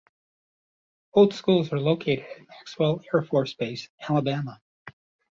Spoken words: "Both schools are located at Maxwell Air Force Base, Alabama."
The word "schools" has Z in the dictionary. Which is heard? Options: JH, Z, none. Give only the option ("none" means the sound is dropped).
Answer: Z